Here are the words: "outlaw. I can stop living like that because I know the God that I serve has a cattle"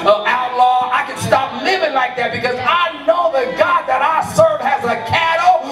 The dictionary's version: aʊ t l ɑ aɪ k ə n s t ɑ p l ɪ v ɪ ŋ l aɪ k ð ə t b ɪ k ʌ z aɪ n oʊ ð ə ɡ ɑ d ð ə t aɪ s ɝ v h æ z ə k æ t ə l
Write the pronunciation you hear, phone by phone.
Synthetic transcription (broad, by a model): aʊ t l ɑ aɪ k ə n s t ɑ p l ɪ v ɪ ŋ l aɪ k ð ə t b ɪ k ʌ z aɪ n oʊ ð ə ɡ ɑ d ð ə t aɪ s ɝ v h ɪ z ə k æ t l